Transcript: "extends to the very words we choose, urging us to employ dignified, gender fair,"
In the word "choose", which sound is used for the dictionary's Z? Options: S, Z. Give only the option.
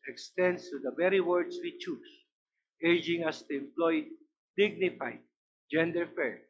S